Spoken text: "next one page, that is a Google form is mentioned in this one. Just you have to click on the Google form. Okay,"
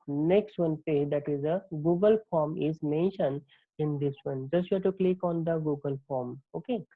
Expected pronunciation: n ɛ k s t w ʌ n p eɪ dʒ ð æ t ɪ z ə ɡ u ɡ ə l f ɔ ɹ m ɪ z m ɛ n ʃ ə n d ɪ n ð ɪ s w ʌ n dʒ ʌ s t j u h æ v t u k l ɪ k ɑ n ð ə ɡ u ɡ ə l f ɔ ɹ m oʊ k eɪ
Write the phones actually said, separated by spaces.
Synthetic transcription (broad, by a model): n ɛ k s t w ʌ n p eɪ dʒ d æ t ɪ z ə ɡ u ɡ ə l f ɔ ɹ m ɪ z m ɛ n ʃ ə n ɪ n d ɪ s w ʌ n dʒ ʌ s t j u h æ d t u k l ɪ k ɑ n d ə ɡ u ɡ ə l f ɔ ɹ m oʊ k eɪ